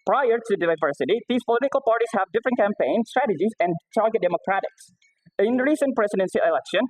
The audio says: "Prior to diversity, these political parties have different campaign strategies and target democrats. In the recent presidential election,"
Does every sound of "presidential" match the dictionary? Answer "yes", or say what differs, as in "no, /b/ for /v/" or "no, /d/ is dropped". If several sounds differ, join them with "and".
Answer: no, /s/ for /ʃ/